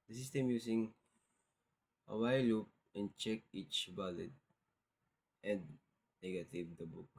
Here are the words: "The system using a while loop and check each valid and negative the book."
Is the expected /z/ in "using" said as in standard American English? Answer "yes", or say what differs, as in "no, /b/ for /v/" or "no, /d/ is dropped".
no, /s/ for /z/